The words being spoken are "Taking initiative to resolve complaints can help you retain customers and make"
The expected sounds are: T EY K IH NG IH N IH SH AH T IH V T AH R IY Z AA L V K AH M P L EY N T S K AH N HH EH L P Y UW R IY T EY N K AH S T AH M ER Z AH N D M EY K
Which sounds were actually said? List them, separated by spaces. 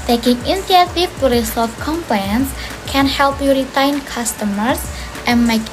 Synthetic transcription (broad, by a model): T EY K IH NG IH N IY AH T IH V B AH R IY S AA V K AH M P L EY N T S K AH N HH EH L P Y UW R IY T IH N K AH S T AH M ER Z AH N M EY K